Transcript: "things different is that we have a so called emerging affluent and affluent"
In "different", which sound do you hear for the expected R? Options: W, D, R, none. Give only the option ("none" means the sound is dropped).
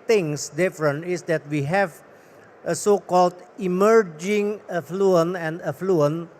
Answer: R